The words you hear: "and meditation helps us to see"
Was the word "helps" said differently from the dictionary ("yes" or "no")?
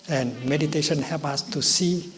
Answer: yes